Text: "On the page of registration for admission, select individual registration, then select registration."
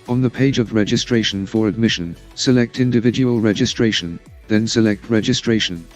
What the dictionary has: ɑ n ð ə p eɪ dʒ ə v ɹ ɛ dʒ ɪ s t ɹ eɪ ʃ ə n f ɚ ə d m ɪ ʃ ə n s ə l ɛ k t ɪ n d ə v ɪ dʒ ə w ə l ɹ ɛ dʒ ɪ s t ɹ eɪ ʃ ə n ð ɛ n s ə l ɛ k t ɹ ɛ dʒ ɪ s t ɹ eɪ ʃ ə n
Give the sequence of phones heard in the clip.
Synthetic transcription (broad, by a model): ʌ n ð ə p eɪ dʒ ə v ɹ ɛ dʒ ɪ s t ɹ eɪ ʃ ə n f ɚ ə d m ɪ ʃ ə n s ə l ɛ k t ɪ n d ə v ɪ dʒ ə w ə l ɹ ɛ dʒ ɪ s t ɹ eɪ ʃ ə n ð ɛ n s ə l ɛ k t ɹ ɛ dʒ ɪ s t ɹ eɪ ʃ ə n